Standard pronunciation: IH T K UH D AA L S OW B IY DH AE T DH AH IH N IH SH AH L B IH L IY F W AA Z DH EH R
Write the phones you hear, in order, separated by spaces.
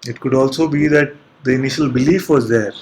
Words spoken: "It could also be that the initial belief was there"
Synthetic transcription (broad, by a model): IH T K UH D AA L S OW B IY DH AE T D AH IH N IH SH AH L B IH L IY F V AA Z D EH R